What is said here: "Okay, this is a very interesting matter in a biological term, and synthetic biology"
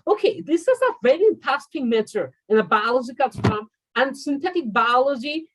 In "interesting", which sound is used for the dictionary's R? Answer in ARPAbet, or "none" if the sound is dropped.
none